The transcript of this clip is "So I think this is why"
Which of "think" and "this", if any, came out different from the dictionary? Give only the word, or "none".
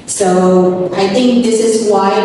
none